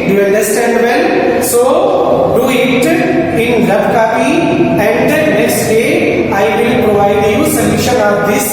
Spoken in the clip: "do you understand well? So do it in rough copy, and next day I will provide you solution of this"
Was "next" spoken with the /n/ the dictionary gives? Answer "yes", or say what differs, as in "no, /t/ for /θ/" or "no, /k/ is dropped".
no, /l/ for /n/